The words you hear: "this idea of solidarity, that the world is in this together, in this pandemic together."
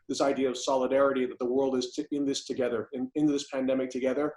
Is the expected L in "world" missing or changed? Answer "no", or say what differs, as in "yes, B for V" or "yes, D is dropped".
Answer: no